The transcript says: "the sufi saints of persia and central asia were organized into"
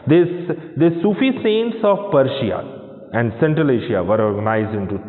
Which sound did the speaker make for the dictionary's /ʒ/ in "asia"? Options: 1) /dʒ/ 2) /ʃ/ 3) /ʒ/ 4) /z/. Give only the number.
2